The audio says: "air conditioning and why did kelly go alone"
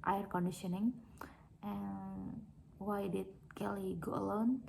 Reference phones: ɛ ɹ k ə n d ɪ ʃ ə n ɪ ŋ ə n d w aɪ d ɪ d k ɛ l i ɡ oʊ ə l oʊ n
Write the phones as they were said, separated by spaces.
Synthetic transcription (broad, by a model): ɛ ɹ k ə n d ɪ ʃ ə n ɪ ŋ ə n w aɪ d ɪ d k ɛ l i ɡ oʊ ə l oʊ n